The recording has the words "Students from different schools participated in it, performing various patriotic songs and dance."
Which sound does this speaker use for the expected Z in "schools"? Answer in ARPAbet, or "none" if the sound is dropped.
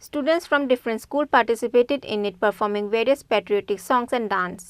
none